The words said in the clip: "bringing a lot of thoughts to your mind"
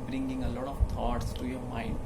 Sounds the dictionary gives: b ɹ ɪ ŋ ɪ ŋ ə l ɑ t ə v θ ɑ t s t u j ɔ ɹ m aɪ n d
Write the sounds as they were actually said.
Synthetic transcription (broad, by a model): b ɹ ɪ ŋ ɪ ŋ ə l ɑ t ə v t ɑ t s t u j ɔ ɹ m aɪ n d